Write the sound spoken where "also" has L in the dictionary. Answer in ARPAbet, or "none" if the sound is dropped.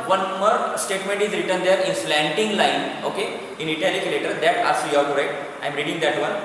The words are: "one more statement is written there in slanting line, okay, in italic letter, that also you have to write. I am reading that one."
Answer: none